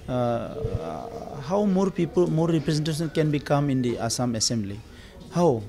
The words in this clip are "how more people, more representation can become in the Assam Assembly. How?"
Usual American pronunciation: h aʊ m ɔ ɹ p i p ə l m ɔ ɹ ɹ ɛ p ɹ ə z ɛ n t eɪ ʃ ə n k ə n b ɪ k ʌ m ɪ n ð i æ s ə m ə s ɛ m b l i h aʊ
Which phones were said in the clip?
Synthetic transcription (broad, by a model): h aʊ m ɔ ɹ p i p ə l m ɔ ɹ ɹ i p ɹ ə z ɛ n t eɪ s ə n k ə n b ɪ k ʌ m ɪ n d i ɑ s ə m ə s ɛ m b l i h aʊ